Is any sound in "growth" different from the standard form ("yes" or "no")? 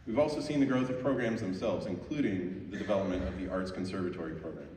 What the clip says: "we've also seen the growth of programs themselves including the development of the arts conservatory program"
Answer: no